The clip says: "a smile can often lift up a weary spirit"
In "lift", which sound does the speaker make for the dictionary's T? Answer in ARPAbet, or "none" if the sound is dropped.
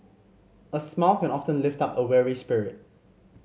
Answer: T